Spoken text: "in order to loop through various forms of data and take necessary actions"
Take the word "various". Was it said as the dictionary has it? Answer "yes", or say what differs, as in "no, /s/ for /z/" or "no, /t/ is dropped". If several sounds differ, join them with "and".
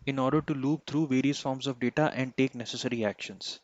yes